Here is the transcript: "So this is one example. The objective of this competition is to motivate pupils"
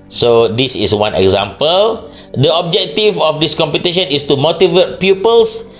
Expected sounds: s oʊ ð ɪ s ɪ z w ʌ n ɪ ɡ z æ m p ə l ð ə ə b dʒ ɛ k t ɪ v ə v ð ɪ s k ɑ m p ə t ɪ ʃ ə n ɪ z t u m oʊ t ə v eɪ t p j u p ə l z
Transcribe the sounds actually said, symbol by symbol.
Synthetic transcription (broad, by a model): s oʊ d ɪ s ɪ s w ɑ n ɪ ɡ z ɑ m p ə l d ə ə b dʒ ɛ k t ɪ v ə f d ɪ s k ɑ m p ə t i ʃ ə n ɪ s t u m oʊ t ə v eɪ t p j u p ə l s